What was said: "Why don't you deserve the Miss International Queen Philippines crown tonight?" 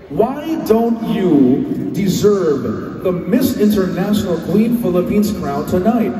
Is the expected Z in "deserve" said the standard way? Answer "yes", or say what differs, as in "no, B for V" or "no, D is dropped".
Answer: yes